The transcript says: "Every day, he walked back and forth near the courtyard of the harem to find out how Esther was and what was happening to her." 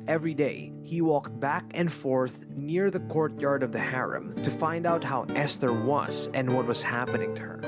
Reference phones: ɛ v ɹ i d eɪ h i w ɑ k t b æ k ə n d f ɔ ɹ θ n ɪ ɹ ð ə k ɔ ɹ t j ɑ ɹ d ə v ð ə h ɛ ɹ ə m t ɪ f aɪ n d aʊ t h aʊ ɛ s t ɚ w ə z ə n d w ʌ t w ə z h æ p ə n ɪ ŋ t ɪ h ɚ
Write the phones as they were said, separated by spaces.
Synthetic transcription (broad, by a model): ɛ v ɹ i d eɪ h i w ɑ k t b æ k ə n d f ɔ ɹ θ n ɪ ɹ ð ə k ɔ ɹ t j ɑ ɹ d ə v ð ə h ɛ ɹ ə m t ɪ f aɪ n d aʊ t h aʊ ɛ s t ɚ w ə z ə n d w ʌ t w ə z h æ p ə n ɪ ŋ t ɪ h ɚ